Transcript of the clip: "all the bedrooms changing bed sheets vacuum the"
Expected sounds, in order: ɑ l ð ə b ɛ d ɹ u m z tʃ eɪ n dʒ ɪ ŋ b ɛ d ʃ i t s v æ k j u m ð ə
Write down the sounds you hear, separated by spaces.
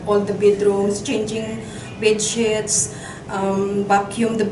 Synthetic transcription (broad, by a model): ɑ l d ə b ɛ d ɹ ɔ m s tʃ eɪ n dʒ ɪ ŋ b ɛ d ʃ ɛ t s b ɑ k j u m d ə